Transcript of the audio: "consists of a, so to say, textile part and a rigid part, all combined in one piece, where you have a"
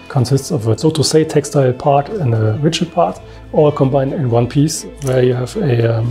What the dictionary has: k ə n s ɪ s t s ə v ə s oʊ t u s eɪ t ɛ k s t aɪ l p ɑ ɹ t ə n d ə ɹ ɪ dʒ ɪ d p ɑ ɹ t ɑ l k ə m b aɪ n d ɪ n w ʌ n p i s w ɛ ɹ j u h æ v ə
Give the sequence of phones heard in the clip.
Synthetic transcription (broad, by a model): k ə n s ɪ s t s ə v ə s oʊ t u s eɪ t ɛ k s t aɪ l p ɑ ɹ t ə n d ə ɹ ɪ tʃ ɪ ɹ p ɑ ɹ t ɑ k ə m b aɪ n d ɪ n w ʌ n p i s w ɛ ɹ j u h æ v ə